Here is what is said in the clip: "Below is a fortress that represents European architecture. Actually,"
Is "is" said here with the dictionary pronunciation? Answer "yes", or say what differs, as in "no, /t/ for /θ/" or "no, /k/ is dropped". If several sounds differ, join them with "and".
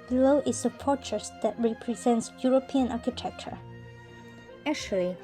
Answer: no, /s/ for /z/